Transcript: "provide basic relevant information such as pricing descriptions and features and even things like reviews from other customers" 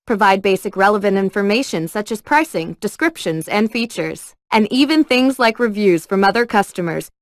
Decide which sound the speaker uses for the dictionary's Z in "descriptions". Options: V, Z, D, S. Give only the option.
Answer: Z